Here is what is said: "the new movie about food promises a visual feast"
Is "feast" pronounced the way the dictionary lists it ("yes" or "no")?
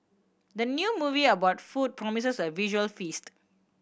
yes